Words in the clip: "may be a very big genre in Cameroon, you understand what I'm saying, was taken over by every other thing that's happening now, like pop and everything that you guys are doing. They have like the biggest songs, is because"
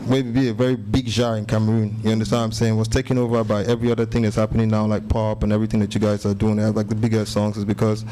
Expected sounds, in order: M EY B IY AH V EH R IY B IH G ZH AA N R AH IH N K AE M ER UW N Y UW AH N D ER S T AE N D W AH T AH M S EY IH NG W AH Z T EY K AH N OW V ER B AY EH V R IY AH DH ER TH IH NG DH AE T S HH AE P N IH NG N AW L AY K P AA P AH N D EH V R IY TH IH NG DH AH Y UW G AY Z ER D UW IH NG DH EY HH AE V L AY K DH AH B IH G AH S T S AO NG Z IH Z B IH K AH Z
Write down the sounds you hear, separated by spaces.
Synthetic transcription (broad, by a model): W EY B IY AH V EH R IY B IH G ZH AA R IH N K AE M ER UW N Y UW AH N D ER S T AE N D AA AH M S EY IH NG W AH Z T EY K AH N OW V ER B AY EH V R IY AH DH ER TH IH NG DH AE T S HH AE P N IH NG N AW L AY K P AA P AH N EH V R IY TH IH NG DH AH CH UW G AY Z ER D UW IH NG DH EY L AY K DH AH B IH G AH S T S AO NG Z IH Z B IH K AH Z